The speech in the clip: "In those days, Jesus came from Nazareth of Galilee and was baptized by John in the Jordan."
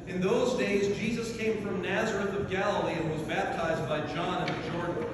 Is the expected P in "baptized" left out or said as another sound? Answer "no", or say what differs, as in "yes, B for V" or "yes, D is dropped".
no